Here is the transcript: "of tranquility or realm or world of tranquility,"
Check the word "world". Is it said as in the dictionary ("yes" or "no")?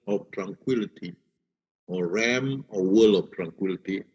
no